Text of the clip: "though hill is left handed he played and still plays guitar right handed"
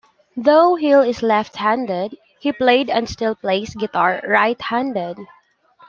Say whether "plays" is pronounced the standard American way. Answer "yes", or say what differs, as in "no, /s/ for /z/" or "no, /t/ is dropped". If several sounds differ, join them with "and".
no, /s/ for /z/